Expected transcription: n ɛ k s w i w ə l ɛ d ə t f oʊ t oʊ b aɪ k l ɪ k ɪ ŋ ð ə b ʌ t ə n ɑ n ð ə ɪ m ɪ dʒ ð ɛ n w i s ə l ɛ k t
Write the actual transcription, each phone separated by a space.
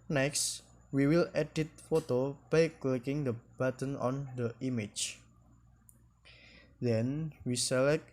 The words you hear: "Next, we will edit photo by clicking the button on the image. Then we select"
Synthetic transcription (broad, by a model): n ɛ k s w i w ə l ɛ d ə t f oʊ t oʊ b aɪ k l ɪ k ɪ ŋ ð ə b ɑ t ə n ɑ n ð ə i m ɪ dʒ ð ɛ n w i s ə l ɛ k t